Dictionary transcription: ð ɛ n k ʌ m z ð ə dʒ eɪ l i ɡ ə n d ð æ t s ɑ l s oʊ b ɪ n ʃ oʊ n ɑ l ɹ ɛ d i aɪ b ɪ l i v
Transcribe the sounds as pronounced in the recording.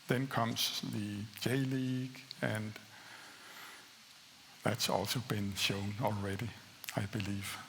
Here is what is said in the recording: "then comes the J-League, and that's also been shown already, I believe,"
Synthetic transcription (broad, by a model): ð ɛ n k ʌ m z ð ə dʒ eɪ l i ɡ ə n ð æ t s ɑ l s oʊ b ɪ n ʃ oʊ n ɑ l ɹ ɛ d i aɪ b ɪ l i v